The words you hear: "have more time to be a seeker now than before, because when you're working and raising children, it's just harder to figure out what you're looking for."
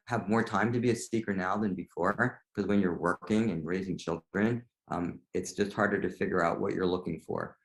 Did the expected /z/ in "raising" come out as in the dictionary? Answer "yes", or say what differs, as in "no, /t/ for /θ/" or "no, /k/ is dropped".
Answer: yes